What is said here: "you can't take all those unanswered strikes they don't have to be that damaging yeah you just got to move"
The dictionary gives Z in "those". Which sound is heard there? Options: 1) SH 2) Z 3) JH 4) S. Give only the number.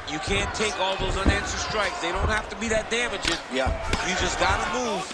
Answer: 2